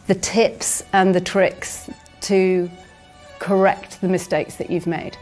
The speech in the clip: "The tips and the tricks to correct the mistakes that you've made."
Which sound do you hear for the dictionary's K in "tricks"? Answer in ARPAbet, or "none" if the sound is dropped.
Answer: K